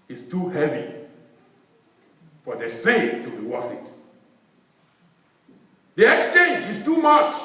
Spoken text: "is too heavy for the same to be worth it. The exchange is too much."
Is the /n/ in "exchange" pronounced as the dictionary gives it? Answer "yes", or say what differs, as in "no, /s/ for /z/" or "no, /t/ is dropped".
yes